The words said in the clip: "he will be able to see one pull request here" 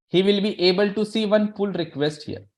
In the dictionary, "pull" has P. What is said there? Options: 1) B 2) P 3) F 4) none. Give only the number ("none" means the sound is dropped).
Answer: 3